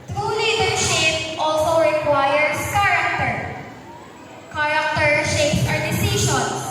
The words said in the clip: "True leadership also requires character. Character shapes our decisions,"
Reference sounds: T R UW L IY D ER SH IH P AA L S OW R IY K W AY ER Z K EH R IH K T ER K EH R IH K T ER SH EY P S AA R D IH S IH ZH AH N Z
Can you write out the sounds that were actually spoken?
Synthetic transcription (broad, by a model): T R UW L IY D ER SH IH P AA L S OW R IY K W AY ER S K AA R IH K T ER K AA R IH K T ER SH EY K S AA R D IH S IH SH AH N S